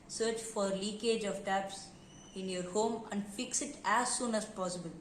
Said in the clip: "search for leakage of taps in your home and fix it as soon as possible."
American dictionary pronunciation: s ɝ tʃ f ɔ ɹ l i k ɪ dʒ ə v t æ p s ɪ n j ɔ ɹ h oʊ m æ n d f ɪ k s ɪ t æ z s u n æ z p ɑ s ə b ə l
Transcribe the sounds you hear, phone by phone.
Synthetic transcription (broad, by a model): s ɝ tʃ f ɔ ɹ l i k ɪ dʒ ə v t æ p s ɪ n j ɔ ɹ h oʊ m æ n d f ɪ k s ɪ t æ z s u n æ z p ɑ s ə b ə l